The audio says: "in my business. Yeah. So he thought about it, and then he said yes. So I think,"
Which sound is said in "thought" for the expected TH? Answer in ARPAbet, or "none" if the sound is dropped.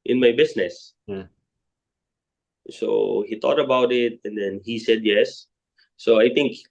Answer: T